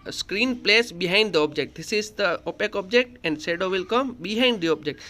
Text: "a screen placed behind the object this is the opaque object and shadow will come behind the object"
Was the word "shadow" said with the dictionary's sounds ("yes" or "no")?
no